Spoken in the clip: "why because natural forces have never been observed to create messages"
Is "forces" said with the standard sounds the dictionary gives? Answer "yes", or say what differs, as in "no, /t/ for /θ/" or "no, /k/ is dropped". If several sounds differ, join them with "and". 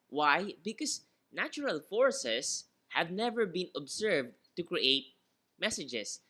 no, /s/ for /z/